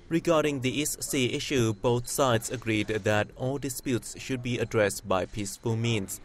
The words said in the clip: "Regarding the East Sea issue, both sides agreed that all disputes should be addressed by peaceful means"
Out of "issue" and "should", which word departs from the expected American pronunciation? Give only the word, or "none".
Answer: none